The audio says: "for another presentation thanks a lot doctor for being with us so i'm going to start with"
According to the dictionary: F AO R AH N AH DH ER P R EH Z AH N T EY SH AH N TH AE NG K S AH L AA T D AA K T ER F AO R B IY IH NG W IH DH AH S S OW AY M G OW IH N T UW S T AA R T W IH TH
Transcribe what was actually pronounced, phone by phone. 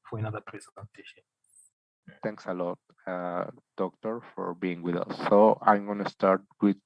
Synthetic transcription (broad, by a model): F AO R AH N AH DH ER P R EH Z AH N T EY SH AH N T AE NG K S AH L AA T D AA K T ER F AO R B IY IH NG W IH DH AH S S OW AY M G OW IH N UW S T AA R T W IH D